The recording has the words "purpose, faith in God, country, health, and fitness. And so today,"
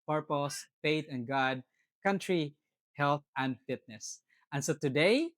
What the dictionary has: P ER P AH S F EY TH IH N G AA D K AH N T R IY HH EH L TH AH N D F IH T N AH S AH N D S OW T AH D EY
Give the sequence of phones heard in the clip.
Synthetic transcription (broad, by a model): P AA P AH S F EY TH IH N G AA D K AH N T R IY HH EH L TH AH N D F IH T N AH S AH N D S OW T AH D EY